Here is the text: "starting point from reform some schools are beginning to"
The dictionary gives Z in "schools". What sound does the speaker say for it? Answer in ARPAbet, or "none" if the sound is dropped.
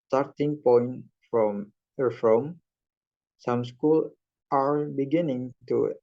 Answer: none